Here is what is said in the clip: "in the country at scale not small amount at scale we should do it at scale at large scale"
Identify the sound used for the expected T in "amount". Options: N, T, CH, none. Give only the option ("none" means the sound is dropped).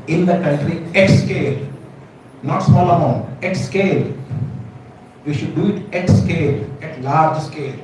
none